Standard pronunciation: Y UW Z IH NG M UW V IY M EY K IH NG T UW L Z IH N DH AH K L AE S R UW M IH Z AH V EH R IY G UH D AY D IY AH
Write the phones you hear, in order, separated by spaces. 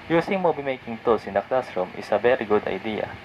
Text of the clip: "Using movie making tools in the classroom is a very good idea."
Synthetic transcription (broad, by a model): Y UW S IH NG M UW B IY M EY K IH NG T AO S IH N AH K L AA S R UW M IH S AH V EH R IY G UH D AY D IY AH